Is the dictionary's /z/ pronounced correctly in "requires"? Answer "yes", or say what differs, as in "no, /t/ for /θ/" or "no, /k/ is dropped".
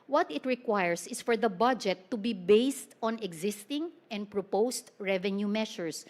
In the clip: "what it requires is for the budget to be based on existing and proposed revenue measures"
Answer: no, /s/ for /z/